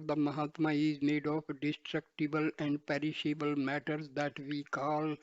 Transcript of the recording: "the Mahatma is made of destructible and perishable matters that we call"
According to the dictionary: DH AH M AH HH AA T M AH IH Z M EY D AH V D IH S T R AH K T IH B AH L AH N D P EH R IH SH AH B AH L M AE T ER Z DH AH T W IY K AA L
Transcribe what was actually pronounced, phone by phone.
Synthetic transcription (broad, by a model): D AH M AH HH AA T M AH IH Z M EY D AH P D IH S T R AH K T IH B AH L AH N D P EH R IH SH AH B AH L M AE T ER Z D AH T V IY K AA L